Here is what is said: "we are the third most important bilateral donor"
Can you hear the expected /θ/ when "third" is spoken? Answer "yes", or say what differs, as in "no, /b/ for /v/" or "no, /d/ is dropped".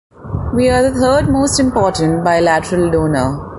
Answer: no, /t/ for /θ/